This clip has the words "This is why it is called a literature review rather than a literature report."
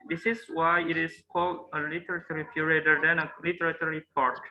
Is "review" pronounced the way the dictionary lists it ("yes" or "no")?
no